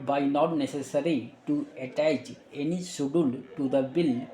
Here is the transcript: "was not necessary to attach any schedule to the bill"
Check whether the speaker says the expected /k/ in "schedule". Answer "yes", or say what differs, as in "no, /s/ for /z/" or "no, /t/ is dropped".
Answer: no, /k/ is dropped